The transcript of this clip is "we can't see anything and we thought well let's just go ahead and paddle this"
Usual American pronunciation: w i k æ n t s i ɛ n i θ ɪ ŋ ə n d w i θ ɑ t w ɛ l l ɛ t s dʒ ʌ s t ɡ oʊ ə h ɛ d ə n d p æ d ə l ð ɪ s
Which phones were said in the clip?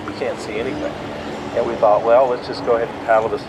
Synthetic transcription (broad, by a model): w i k æ n t s i ɛ n i θ ɪ ŋ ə n w i θ ɑ t w ɛ l l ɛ t s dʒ ʌ s ɡ oʊ ə h ɛ d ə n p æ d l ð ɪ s